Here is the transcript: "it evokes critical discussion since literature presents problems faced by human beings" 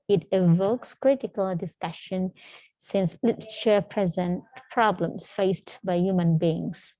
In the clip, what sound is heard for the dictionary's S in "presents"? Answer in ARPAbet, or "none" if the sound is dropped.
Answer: none